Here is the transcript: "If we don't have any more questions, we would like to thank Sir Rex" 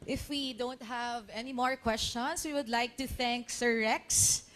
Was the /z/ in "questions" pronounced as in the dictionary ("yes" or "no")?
no